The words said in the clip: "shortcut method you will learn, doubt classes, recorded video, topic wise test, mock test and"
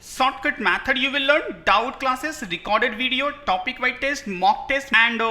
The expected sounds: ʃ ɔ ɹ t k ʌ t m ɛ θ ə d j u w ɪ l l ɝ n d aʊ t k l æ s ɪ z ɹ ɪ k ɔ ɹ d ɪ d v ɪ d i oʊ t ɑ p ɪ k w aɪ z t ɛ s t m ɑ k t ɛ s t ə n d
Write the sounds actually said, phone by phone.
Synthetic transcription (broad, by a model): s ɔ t k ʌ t m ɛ t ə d j u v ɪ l l ɝ n d aʊ t k l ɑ s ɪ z ɹ ɪ k ɔ ɹ d ɪ d v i d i oʊ t ɑ p ɪ k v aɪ t ɛ s t m ɑ k t ɛ s t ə n d